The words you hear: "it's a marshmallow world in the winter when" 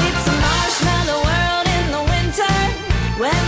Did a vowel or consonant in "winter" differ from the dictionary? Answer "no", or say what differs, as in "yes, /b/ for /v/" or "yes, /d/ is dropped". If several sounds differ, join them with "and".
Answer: no